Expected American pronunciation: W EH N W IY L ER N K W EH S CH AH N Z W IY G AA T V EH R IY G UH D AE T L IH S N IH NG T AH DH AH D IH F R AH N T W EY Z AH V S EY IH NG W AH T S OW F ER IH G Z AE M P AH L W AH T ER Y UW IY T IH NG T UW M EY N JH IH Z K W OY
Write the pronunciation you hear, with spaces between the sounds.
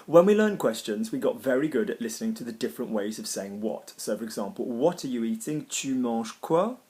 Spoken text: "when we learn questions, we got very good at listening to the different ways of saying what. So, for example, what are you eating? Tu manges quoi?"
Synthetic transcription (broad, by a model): W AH N W IY L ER N K W EH S CH AH N Z W IY G AA T V EH R IY G UH D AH T L IH S N IH NG T AH DH AH D IH F R AH N T W EY Z AH V S EY IH NG W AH T S OW F ER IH G Z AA M P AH L W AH T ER Y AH IY T IH NG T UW M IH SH K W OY